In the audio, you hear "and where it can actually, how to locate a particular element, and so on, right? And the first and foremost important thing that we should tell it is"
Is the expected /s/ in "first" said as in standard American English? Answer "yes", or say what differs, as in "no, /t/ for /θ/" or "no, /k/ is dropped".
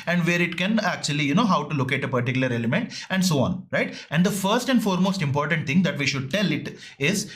yes